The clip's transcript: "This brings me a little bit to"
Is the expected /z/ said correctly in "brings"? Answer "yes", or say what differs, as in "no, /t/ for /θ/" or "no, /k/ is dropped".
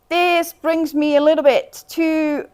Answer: yes